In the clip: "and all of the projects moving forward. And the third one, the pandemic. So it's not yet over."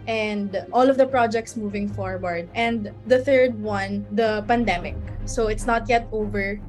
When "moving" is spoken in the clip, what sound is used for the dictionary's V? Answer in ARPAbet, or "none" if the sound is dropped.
V